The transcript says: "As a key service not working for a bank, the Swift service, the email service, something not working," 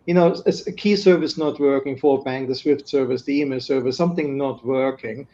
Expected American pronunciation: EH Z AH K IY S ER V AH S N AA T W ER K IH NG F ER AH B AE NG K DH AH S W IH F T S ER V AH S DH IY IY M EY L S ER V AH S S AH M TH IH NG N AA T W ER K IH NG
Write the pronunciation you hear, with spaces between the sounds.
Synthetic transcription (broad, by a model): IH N AH K IY S ER V AH S N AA T W ER K IH NG F ER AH B AE NG K DH AH S W IH F T S ER V AH S DH IY IY M EY L S ER V AH S S AH M TH IH NG N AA T W ER K IH NG